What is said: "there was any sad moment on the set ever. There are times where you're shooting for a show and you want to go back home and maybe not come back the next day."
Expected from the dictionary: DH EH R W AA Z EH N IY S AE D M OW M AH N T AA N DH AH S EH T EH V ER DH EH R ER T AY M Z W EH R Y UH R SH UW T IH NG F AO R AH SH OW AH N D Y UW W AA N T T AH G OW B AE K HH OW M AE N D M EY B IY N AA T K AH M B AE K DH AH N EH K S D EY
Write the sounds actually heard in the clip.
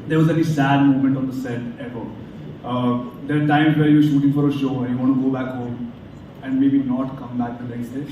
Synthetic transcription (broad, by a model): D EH R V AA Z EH L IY S AE D M OW M AH N T AA N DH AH S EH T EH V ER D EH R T AY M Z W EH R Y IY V SH UW T IH NG F AO R AH SH OW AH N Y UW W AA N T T G OW B AE K HH OW M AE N D M EY B IY N AA T K AH M B AE K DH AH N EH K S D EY